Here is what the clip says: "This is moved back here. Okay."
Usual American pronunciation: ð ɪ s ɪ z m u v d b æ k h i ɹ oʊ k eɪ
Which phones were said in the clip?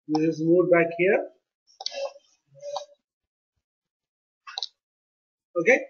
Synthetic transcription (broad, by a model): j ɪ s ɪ s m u d b æ k h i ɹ oʊ k eɪ